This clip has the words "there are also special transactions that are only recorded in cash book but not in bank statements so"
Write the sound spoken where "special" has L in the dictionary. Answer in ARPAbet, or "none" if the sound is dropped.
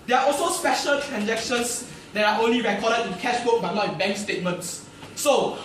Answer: L